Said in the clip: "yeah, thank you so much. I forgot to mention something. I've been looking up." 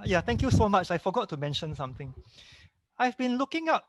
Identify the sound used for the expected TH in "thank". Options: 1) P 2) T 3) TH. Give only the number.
2